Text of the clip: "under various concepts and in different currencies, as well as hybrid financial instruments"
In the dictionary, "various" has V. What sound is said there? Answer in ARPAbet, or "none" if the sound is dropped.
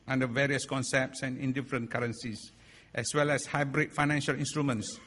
V